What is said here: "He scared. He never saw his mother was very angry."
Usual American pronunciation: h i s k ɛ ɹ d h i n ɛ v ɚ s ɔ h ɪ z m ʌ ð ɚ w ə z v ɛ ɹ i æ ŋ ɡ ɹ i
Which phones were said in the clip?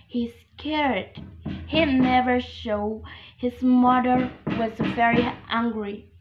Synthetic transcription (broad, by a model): h i s k ɛ ɹ d h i n ɛ v ɚ ʃ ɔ h ɪ z m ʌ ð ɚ w ə z v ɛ ɹ i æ ŋ ɡ ɹ i